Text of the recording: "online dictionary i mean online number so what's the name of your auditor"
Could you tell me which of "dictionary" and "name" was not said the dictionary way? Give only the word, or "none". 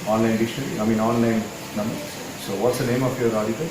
dictionary